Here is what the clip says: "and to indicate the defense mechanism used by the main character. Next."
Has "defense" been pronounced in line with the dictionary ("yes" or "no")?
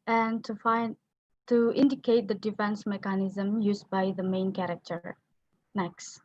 yes